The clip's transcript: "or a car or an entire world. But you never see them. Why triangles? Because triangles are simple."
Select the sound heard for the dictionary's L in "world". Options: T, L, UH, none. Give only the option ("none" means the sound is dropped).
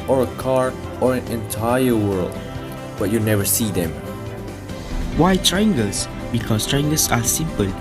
L